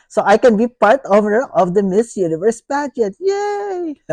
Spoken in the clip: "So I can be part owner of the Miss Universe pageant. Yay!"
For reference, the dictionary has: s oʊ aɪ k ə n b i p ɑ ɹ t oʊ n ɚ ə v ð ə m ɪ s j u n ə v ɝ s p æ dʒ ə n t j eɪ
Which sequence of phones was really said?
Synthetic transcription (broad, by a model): s oʊ aɪ k ə n b i p ɑ ɹ t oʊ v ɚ ə v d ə m ɪ s j u n ə v ɝ s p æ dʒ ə t j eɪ